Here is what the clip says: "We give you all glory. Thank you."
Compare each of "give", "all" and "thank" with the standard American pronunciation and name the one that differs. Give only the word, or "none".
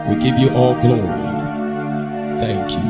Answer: none